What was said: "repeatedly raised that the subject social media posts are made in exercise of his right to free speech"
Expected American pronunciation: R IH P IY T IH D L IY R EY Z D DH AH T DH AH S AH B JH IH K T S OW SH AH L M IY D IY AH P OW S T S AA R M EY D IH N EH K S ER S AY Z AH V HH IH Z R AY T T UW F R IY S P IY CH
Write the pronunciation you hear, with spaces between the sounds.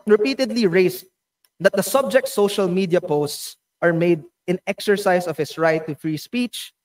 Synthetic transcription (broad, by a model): R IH P IY T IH D L IY R EY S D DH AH T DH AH S AH B JH IH K T S OW SH AH L M IY D IY AH P OW S T S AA R M EY D IH N EH K S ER S AY S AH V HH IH S R AY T T UW F R IY S P IY CH